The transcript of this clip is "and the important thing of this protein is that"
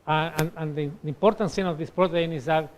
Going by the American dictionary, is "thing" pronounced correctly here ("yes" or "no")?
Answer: no